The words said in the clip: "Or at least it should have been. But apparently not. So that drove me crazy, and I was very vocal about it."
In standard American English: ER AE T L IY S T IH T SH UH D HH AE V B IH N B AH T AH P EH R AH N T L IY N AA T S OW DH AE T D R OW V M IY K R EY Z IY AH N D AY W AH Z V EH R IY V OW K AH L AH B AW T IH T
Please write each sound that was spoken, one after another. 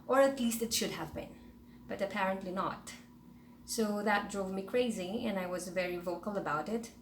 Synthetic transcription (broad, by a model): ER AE T L IY S T IH T SH UH D HH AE V B IH N B AH T AH P EH R AH N T L IY N AA T S OW DH AE T D R OW V M IY K R EY Z IY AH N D AY W AH Z V EH R IY V OW K AH L AH B AW T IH T